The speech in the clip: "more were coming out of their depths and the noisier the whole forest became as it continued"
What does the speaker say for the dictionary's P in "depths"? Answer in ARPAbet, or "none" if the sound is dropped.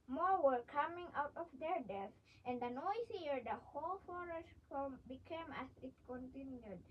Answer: none